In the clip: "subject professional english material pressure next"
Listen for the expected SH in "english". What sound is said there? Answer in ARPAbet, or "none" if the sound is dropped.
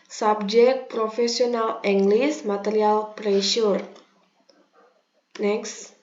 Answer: S